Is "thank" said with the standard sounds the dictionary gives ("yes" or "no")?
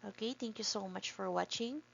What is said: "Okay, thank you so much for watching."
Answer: no